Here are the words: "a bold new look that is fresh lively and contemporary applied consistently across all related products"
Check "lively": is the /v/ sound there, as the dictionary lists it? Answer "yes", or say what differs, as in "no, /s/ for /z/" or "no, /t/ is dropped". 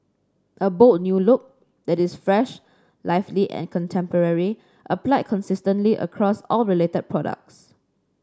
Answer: no, /f/ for /v/